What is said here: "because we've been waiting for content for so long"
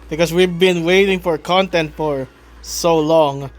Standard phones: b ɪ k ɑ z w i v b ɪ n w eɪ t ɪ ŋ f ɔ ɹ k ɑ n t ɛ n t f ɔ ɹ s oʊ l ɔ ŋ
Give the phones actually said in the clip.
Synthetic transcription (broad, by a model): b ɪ k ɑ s w i v b ɪ n w eɪ t ɪ ŋ f ɔ ɹ k ɑ n t ɛ n t f ɔ ɹ s oʊ l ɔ ŋ